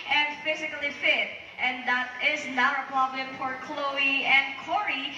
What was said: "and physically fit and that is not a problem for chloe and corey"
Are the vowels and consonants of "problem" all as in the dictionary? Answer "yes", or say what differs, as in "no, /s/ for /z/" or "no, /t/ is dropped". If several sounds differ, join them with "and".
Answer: no, /ɹ/ is dropped